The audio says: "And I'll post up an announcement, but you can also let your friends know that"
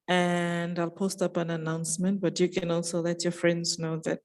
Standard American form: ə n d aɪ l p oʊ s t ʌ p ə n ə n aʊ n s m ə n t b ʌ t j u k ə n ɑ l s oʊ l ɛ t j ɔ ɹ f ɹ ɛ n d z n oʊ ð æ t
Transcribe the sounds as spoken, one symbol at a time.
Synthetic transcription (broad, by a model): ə n d aɪ l p oʊ s t ʌ p ə n ə n aʊ n s m ə n t b ʌ t j u k ə n ɑ l s oʊ l ɛ t j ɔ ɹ f ɹ ɛ n d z n oʊ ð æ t